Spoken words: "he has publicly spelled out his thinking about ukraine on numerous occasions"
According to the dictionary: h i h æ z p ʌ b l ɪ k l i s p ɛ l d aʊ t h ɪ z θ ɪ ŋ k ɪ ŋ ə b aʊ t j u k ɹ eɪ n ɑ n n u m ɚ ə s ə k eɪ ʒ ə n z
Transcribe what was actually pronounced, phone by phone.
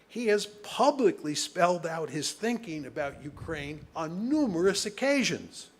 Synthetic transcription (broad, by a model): h i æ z p ʌ b l ɪ k l i s p ɛ l d aʊ t h ɪ z θ ɪ ŋ k ɪ ŋ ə b aʊ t j u k ɹ eɪ n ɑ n n u m ɚ ə s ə k eɪ ʒ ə n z